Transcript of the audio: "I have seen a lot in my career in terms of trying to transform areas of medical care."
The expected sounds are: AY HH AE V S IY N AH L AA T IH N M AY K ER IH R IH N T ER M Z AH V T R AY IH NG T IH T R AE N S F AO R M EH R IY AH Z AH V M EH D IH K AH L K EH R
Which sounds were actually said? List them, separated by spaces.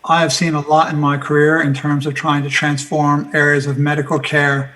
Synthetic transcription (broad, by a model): AY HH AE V S IY N AH L AA T IH N M AY K ER IH R IH N T ER M Z AH V T R AY IH NG T IH T R AE N S F AO R M EH R IY AH Z AH V M EH D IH K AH L K EH R